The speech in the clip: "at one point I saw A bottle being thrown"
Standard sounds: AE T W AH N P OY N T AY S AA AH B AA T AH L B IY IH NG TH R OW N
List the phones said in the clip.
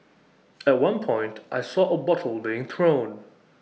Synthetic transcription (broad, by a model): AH T W AH N P OY N T AY S AA AH B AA T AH L B IY IH NG TH R OW N